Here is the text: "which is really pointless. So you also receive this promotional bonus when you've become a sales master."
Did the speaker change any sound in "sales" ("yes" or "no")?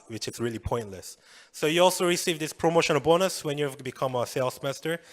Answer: yes